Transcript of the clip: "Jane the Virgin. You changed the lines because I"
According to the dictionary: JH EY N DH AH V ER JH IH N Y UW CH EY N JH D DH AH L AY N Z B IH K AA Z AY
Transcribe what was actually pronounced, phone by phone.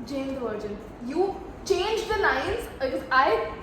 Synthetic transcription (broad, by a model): JH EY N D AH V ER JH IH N Y UW CH EY N JH D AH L AY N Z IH AA IH